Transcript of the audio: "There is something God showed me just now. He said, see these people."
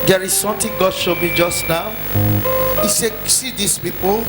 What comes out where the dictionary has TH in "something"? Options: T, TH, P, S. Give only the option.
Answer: T